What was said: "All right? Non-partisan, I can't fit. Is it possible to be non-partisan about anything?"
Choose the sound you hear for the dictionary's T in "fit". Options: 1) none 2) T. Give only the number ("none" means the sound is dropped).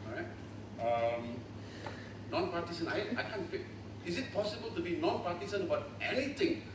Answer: 1